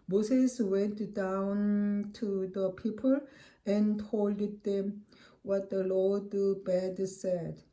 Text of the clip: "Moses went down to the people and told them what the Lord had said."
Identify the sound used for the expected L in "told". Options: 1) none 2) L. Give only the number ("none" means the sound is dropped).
2